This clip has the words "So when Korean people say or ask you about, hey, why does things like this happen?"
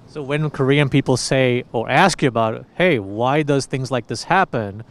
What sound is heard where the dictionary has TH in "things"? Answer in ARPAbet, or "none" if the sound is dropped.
TH